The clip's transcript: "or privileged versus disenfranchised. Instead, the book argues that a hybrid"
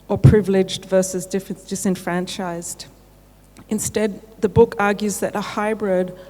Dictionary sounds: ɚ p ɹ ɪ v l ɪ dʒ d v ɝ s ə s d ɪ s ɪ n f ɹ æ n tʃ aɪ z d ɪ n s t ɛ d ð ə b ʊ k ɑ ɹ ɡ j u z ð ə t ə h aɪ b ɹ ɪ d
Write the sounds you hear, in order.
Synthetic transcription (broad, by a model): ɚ p ɹ ɪ v l ɪ dʒ d v ɝ s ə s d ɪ s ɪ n f ɹ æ n tʃ aɪ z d ɪ n s t ɛ d ð ə b ʊ k ɑ ɹ ɡ j u z ð ə t ə h aɪ b ɹ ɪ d